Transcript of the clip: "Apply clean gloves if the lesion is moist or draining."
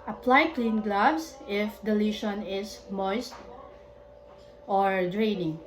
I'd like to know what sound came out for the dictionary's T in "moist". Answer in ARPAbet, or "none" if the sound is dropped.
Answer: T